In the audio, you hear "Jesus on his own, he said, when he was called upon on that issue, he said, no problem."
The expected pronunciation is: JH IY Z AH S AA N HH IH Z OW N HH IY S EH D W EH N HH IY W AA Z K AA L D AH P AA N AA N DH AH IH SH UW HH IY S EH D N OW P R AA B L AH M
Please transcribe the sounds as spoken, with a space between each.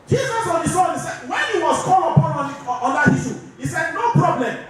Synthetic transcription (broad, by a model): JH IY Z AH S AA N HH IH S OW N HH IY S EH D W EH N HH IY W AA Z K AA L AH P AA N AA N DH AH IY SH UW HH IY S EH D N OW P R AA B L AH M